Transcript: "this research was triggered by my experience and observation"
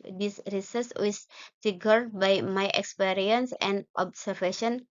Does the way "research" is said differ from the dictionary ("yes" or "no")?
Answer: yes